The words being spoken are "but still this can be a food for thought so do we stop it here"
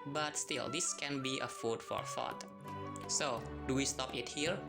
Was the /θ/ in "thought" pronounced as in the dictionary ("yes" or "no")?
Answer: no